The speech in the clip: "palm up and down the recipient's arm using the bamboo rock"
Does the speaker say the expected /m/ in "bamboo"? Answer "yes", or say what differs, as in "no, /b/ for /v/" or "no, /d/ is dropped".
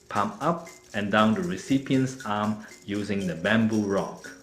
yes